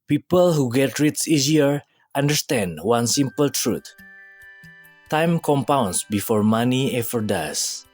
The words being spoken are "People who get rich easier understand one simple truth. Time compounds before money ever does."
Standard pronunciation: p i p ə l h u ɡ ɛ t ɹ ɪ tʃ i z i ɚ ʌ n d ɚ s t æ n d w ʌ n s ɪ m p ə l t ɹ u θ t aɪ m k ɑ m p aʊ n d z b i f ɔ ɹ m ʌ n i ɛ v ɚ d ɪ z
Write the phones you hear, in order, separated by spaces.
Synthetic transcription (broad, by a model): p i p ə l h u ɡ ɛ t ɹ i s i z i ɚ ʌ n d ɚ s t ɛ n d w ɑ n s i m p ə l t ɹ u t t aɪ m k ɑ m p aʊ n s b i f ɔ ɹ m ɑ n i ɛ f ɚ d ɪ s